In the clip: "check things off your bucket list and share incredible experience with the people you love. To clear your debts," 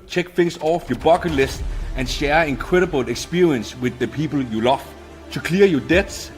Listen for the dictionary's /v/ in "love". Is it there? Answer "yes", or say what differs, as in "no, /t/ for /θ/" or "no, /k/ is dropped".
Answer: no, /f/ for /v/